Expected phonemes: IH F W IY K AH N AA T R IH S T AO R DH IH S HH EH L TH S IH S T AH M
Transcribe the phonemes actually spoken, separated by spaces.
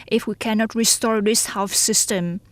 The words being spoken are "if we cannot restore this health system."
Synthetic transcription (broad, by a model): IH F W IY K AH N AA T R IH S T AO R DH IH S HH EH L F S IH S T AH M